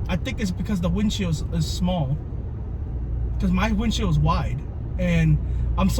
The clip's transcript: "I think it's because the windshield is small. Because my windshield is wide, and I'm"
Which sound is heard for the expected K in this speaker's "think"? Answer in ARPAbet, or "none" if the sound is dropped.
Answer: K